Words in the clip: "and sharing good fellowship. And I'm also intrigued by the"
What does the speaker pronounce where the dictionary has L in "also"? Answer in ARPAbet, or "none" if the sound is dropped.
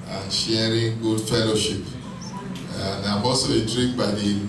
none